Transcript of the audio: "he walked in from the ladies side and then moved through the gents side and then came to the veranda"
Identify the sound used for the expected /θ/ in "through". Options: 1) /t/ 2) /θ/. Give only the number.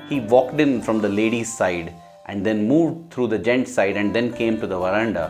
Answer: 1